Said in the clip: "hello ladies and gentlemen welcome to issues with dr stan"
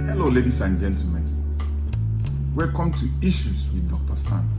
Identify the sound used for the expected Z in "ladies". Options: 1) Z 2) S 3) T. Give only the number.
2